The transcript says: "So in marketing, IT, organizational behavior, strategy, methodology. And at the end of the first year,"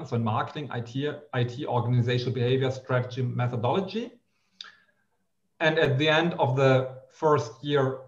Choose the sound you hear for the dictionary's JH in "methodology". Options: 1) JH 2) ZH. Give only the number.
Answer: 1